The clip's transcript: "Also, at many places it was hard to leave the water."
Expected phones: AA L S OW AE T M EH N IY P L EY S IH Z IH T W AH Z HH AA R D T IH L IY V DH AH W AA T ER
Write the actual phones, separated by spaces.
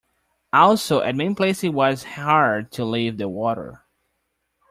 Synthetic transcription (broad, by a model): AA L S OW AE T M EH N P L EY IH S IH T W AH Z HH AA R D T IH L IY V DH AH W AA T ER